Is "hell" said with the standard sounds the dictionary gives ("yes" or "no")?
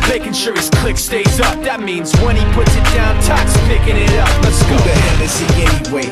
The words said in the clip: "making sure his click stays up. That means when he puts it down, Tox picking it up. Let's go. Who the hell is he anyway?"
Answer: no